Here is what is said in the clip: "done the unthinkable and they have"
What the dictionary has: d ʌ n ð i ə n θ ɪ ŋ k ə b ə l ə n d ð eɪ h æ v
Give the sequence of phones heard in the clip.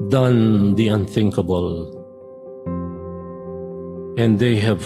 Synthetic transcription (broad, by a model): d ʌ n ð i ə n θ ɪ ŋ k ə b ə l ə n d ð eɪ h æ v